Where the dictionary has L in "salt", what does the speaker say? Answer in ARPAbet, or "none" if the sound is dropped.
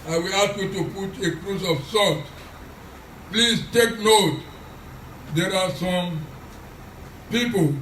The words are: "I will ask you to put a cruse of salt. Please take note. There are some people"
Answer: none